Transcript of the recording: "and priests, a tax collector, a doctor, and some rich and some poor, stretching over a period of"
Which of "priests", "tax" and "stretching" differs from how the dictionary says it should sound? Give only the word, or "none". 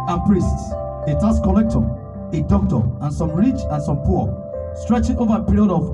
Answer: tax